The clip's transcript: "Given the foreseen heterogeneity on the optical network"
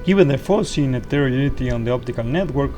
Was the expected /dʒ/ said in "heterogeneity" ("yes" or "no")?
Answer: no